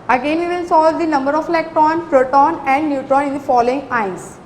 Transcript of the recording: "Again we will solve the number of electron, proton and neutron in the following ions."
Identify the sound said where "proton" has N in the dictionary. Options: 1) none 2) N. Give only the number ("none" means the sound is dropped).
2